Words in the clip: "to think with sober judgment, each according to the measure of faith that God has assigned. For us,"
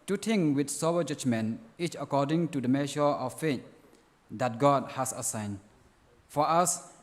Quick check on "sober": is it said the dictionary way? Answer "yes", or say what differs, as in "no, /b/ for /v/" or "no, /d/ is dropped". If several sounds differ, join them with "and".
no, /b/ is dropped